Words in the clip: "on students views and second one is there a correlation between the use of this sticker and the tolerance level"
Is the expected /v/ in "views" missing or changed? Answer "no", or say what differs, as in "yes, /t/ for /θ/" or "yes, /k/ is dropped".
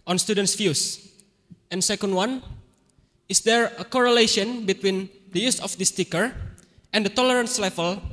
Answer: yes, /f/ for /v/